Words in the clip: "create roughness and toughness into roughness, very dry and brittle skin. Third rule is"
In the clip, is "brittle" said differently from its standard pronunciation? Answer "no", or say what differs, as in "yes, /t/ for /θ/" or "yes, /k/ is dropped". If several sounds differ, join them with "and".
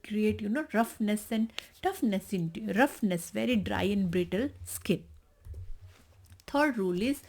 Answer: no